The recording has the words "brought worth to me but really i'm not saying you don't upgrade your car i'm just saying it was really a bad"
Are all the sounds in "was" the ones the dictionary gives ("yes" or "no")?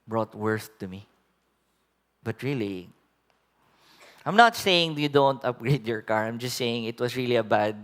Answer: no